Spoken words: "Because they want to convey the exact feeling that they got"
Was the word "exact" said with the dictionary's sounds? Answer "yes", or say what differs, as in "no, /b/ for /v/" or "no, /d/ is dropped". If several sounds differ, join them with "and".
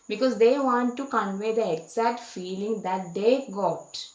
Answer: no, /k/ is dropped